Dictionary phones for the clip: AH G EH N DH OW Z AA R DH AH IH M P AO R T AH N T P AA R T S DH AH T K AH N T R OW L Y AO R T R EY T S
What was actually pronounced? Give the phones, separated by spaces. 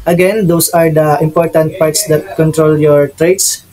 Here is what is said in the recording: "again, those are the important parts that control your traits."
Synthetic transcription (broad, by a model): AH G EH N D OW S AA R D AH IH M P AO R T AH N T P AA R T S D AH T K AH N T R OW L Y AO R T R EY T S